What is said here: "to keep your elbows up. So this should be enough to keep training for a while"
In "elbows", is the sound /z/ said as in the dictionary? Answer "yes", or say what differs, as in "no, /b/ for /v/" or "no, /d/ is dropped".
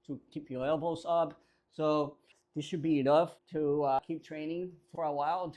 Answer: no, /s/ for /z/